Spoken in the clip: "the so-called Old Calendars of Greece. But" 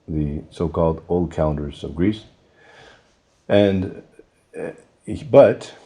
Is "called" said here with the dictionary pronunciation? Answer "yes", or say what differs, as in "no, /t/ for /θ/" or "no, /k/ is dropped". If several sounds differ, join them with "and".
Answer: yes